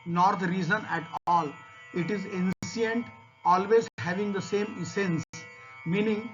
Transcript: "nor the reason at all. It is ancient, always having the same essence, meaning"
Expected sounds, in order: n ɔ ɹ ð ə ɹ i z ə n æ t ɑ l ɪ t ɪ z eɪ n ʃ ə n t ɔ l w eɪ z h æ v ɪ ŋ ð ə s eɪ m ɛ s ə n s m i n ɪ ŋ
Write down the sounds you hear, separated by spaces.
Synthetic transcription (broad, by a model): n ɔ ɹ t ɹ i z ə n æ t ɑ l ɪ t ɪ z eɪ n s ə n t ɔ l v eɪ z h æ v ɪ ŋ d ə s eɪ m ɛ s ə n s m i n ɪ ŋ